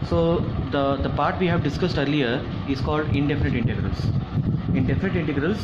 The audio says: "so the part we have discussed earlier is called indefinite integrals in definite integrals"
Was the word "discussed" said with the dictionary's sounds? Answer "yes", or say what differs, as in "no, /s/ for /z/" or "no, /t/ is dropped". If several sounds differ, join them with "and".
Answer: yes